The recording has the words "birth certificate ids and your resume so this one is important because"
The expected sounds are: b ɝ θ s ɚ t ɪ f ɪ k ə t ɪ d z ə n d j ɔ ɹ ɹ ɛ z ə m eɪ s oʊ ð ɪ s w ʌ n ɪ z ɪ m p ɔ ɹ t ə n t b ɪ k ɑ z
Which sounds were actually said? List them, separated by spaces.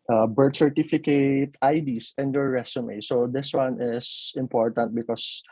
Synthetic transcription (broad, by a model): b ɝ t s ɚ t ɪ f ɪ k ə t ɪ d s ə n d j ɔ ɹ ɹ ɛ s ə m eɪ s oʊ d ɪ s w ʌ n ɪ s ɪ m p ɔ ɹ t ə n t b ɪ k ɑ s